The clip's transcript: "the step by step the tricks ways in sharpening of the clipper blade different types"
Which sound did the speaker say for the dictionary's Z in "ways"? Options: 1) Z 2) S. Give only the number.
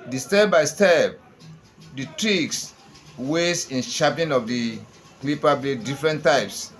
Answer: 2